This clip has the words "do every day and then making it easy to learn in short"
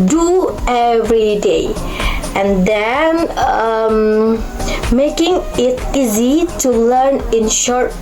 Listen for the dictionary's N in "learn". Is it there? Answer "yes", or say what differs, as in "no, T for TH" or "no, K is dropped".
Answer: yes